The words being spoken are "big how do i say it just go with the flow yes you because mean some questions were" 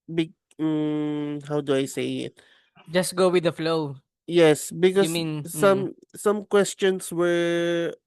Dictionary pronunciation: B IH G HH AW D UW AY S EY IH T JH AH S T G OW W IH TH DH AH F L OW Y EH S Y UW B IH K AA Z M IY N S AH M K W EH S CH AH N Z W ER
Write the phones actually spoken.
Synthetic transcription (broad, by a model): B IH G HH AW D UW AY S EY IH T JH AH S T G OW W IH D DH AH F L OW Y EH S B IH K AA M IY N S AH M K W EH S CH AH N S W ER